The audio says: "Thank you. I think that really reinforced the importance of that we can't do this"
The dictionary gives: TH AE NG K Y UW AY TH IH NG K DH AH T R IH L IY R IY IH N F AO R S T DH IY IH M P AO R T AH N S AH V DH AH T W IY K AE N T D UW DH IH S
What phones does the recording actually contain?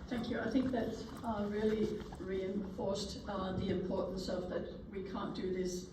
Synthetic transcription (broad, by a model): TH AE NG K Y UW AY TH IH NG K DH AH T R IH L IY R IY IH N F AO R S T DH IY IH M P AO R T N S AH V DH AH T W IY K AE N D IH DH IH S